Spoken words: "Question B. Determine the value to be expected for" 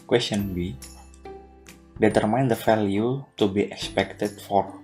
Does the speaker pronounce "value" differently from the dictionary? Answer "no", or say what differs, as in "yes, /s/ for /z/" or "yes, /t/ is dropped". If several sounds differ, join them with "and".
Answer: yes, /f/ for /v/